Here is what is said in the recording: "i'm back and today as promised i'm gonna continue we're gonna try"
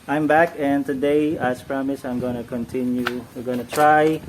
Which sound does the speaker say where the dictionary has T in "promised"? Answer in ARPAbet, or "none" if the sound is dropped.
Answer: none